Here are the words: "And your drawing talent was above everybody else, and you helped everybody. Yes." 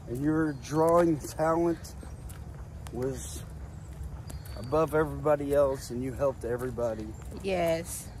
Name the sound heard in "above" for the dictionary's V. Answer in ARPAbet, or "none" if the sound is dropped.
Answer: V